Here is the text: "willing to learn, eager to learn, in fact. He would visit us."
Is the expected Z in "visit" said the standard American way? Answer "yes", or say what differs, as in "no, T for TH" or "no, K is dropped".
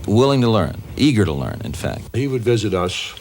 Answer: yes